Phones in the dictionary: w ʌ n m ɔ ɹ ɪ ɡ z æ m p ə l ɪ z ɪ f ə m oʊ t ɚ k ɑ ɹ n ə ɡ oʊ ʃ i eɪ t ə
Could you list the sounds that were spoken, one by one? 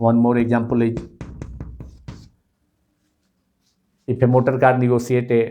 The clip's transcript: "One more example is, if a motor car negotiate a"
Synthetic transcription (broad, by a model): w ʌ n m ɔ ɹ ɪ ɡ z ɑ m p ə l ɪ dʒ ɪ p ə m oʊ t ɚ k ɑ ɹ n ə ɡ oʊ s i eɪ t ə